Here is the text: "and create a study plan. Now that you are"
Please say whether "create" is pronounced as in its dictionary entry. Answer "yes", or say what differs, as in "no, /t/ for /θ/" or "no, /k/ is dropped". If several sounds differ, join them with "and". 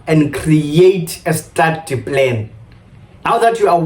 yes